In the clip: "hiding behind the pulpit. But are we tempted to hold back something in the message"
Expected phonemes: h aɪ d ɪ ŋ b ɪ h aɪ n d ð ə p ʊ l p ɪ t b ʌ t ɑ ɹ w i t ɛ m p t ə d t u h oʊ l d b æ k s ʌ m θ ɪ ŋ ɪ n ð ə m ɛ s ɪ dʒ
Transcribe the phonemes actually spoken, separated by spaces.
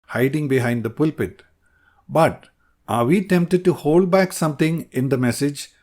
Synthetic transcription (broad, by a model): h aɪ d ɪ ŋ b ɪ h aɪ n d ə p ʊ l p ɪ t b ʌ t ɑ ɹ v i t ɛ m p t ə d t u h oʊ l d b æ k s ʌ m t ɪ ŋ ɪ n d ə m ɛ s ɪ dʒ